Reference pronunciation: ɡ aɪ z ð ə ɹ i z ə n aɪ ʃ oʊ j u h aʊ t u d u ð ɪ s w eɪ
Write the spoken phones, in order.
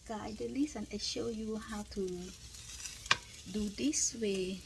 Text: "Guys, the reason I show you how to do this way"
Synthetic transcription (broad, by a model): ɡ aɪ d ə l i s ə n aɪ ʃ oʊ j u h aʊ t u d u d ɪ s w eɪ